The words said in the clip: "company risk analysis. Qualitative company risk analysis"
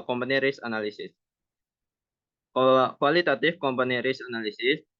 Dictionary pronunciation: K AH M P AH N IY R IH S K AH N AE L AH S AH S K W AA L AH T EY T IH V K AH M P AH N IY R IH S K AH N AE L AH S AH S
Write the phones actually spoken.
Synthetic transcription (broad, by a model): K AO M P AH N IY R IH S AH N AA L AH S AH S K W AA L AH T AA T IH F K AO M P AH N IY R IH S AH N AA L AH S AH S